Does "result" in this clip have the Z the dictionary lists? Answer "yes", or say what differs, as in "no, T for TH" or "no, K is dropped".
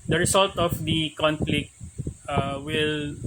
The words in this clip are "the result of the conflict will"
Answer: no, S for Z